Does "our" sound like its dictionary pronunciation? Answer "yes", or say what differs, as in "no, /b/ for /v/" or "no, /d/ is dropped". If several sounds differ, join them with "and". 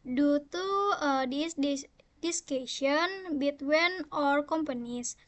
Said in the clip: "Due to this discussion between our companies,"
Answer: yes